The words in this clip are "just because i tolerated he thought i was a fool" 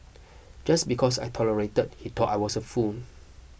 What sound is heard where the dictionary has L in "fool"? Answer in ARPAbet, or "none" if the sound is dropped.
N